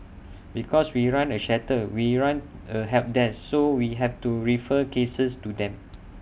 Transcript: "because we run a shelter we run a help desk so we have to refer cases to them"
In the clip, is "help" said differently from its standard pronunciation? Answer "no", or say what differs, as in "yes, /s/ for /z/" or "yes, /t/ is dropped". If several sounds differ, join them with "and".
yes, /l/ is dropped